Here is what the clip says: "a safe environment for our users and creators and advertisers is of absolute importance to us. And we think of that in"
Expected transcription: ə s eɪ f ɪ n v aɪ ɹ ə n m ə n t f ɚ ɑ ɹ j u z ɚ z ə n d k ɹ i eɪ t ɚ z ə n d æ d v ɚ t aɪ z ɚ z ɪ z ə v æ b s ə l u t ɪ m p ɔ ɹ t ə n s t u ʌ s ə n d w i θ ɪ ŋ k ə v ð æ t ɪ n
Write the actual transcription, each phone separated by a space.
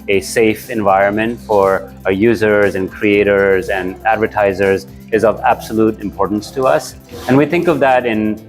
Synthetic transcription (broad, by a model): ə s eɪ f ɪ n v aɪ ɹ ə n m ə n t f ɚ ɑ ɹ j u z ɚ z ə n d k ɹ i eɪ t ɚ z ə n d æ d v ɚ t aɪ z ɚ z ɪ z ə v æ b s ə l u t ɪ m p ɔ ɹ t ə n s t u ʌ s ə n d w i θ ɪ ŋ k ə v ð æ t ɪ n